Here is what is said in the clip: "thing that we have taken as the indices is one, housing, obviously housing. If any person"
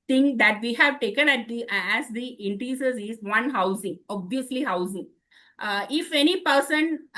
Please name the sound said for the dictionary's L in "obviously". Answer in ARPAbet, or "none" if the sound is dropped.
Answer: L